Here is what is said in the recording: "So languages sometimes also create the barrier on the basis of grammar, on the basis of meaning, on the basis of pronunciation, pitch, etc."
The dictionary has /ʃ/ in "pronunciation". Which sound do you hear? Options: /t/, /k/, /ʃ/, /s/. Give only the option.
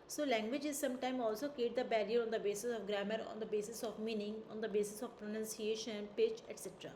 /ʃ/